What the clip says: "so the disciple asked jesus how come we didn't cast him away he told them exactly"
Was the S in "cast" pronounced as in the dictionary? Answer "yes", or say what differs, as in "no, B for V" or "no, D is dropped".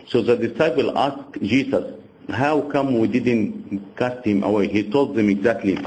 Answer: yes